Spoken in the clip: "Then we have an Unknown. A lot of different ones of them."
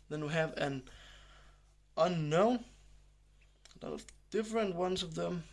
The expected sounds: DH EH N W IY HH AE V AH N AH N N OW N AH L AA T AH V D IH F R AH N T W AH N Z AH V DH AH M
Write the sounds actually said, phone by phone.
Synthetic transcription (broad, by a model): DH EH N W IY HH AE V AH N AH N N OW N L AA AH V D IH F R AH N T W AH N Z AH V DH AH M